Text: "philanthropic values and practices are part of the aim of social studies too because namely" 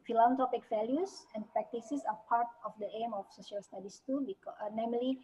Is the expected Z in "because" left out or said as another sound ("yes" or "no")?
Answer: yes